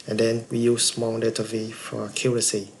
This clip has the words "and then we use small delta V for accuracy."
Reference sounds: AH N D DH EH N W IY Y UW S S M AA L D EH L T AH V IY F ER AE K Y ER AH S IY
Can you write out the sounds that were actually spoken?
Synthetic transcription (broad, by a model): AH N D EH N W IY Y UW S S M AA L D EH T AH V IY F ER K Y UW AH S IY